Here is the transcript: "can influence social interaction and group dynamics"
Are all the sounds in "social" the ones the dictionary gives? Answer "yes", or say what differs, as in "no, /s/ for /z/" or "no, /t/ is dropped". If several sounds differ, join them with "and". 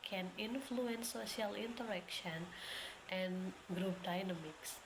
no, /ʃ/ is dropped